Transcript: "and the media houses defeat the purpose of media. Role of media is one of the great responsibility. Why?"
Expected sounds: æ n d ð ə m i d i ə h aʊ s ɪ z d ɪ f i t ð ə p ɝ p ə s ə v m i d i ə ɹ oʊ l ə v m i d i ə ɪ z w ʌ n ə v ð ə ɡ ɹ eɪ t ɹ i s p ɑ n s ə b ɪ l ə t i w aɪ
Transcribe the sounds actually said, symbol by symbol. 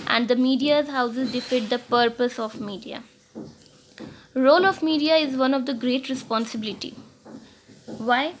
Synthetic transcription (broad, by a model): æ n d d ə m i d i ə h aʊ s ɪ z d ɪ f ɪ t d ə p ɝ p ə s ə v m i d i ə ɹ oʊ l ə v m i d i ə ɪ z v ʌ n ə v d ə ɡ ɹ eɪ t ɹ i s p ɑ n s ə b ɪ l ə t i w aɪ